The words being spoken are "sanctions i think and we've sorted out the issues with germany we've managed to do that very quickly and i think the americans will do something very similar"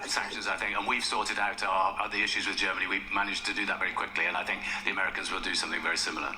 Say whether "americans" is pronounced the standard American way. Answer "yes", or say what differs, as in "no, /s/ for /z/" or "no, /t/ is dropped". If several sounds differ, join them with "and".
yes